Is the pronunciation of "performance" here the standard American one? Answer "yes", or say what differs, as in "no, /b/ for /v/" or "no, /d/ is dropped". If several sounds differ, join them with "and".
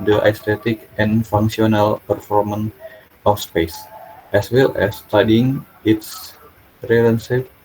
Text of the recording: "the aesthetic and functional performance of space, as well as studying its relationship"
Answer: no, /s/ is dropped